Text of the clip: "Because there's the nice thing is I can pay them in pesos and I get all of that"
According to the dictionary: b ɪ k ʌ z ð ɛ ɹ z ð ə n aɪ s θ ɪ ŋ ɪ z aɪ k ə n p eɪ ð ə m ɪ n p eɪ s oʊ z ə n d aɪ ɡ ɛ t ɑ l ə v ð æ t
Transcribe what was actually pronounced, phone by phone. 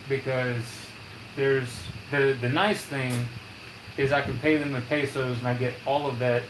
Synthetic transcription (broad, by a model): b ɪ k ʌ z ð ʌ ɹ z ð ə n aɪ s θ ɪ ŋ ɪ z aɪ k ə n p eɪ ð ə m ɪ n p eɪ s oʊ z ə n aɪ ɡ ɛ t ɑ l ə v ð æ t